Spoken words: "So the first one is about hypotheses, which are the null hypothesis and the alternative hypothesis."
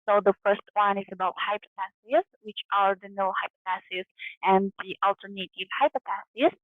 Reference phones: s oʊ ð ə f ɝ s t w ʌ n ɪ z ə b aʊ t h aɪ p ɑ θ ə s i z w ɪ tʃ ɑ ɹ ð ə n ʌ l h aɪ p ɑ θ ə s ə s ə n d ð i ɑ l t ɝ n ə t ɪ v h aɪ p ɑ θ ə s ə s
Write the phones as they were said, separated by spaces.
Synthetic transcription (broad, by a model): s oʊ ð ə f ɝ s t w ʌ n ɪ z ə b aʊ t h aɪ p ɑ t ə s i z w ɪ tʃ ɑ ɹ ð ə n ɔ h aɪ p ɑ t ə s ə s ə n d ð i ɑ l t ɝ n ə t ɪ v h aɪ p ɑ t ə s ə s